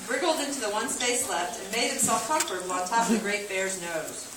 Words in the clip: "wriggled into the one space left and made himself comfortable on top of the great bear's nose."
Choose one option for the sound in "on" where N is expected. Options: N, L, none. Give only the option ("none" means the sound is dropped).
L